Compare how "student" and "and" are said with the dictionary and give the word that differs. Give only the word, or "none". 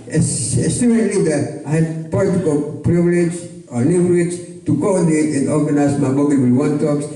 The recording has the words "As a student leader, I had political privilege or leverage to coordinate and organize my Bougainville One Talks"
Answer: student